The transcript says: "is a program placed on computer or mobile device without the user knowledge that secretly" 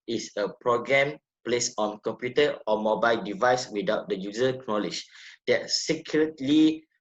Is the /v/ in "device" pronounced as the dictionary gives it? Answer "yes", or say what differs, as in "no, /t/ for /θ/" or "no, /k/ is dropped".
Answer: yes